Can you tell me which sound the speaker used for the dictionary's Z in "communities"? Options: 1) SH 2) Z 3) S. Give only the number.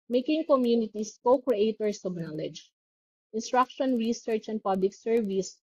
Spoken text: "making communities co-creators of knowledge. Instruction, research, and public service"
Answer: 3